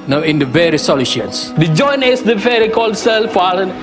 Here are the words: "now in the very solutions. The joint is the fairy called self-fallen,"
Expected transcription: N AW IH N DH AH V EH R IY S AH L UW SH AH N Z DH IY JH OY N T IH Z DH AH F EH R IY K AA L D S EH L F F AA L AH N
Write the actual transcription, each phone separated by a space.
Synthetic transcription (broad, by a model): N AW IH N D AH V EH R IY S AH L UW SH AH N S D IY JH OY N IH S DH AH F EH R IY K AA L D S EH L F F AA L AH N